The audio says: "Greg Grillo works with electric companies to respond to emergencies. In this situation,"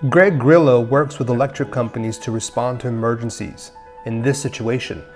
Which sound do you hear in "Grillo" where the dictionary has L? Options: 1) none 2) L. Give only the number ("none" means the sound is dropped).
2